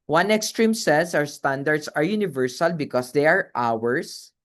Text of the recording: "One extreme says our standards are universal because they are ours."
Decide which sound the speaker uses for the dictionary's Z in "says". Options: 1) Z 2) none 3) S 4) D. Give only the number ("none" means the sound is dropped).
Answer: 3